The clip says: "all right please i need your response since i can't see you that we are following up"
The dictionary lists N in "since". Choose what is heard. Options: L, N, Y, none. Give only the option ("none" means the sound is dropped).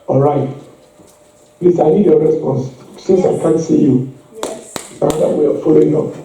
none